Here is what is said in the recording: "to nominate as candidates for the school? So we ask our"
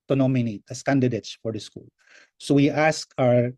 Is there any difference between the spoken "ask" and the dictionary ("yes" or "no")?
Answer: no